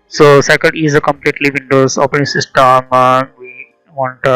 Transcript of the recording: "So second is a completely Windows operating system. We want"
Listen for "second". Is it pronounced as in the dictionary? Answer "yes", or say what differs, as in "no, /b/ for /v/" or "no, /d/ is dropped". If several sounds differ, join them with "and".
no, /l/ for /n/